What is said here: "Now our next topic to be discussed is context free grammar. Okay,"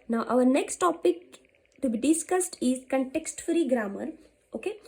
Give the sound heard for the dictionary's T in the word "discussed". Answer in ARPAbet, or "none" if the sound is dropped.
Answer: T